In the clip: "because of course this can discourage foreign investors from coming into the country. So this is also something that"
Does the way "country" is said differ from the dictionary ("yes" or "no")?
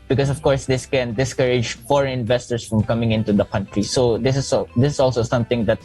no